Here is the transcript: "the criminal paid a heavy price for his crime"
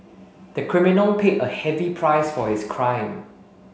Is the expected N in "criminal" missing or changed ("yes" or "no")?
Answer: no